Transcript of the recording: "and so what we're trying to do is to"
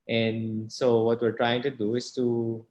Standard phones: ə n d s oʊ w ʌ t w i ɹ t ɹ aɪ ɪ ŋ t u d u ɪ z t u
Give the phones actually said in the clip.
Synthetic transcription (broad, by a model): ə n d s oʊ w ʌ t w i ɹ t ɹ aɪ ɪ ŋ t u d u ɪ s t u